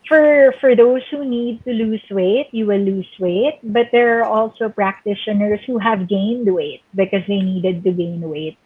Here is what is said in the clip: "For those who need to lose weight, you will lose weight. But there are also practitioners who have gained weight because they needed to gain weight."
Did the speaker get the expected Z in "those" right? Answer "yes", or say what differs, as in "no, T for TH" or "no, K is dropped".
no, S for Z